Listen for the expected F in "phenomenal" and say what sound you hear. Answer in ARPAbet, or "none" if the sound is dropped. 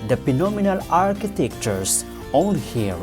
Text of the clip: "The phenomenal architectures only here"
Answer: P